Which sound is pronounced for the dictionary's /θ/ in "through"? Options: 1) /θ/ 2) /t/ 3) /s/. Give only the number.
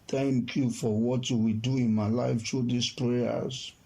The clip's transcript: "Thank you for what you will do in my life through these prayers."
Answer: 2